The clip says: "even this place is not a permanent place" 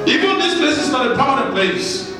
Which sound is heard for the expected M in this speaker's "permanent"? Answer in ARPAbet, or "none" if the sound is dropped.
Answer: none